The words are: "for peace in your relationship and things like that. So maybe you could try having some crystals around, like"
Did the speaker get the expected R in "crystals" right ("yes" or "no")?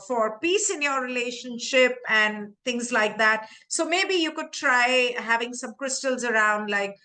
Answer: yes